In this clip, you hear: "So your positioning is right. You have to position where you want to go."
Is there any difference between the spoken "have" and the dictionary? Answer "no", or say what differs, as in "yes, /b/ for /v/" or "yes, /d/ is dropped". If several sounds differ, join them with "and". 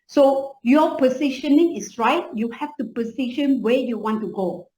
yes, /f/ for /v/